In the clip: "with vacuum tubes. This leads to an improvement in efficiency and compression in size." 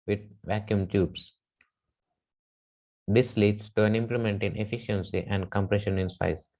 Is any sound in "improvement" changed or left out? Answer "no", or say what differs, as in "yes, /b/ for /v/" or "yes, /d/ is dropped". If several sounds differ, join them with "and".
yes, /l/ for /ɹ/ and /v/ is dropped